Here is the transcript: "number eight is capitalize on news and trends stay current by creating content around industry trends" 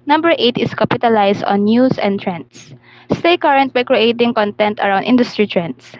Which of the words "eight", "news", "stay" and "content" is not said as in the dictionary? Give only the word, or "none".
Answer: news